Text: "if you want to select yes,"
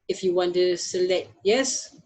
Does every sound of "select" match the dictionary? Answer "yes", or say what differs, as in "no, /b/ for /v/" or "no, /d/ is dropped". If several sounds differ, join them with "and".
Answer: yes